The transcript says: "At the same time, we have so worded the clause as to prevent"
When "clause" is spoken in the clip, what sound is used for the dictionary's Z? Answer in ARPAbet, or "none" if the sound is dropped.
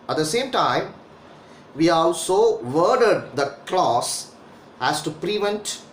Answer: S